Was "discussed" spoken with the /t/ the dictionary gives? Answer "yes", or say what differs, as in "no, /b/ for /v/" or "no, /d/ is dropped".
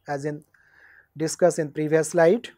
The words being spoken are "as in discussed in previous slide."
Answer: no, /t/ is dropped